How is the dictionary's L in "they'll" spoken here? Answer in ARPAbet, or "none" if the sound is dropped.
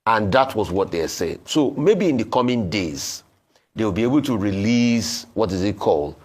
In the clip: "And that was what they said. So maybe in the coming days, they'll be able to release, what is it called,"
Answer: W